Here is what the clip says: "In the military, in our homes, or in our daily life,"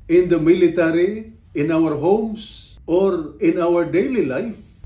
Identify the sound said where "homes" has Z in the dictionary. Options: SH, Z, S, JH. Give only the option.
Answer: S